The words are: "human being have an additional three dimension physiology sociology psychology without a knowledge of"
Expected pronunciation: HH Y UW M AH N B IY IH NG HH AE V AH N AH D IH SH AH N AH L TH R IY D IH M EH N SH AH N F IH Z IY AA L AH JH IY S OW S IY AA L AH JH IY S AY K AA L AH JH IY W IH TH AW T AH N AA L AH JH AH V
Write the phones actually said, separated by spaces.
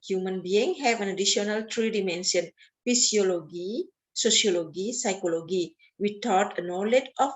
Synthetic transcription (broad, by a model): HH Y UW M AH N B IY IH NG HH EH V AH N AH D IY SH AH N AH L T R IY D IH M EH N S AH N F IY S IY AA L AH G IY S OW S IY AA L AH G IY S AY K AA L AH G IY W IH T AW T AH N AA L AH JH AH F